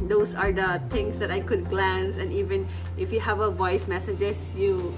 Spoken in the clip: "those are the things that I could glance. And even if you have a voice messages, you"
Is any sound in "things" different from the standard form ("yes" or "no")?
yes